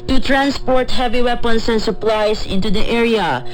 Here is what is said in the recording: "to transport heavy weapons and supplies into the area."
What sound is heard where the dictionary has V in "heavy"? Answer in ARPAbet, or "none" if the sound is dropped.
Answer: V